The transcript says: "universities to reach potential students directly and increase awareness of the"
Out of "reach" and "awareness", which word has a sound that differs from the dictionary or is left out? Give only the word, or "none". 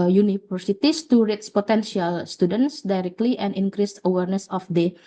reach